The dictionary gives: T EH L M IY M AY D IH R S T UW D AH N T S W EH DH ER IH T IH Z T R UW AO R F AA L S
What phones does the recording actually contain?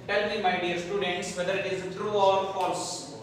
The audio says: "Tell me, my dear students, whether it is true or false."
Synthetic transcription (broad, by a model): T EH L M IY M AY D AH R S T UW D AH N T S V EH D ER IH T IH Z T R UW AO R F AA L S